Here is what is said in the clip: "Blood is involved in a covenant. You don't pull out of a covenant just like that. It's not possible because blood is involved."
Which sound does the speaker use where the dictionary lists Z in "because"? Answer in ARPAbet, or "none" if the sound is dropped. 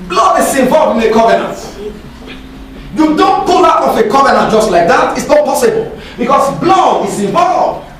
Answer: S